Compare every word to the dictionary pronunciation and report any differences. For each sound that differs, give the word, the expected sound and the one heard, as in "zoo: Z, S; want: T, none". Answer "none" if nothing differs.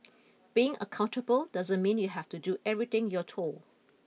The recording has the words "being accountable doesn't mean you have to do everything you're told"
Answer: have: V, F; told: D, none